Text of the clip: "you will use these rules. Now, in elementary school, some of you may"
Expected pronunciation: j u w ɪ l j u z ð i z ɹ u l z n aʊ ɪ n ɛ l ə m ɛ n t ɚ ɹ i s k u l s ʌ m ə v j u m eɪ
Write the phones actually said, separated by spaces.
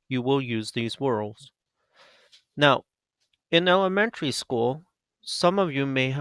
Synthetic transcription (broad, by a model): j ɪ w ɪ l j u z ð i z w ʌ l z n aʊ ɪ n ɛ l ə m ɛ n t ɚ ɹ i s k u l s ʌ m ə v j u m eɪ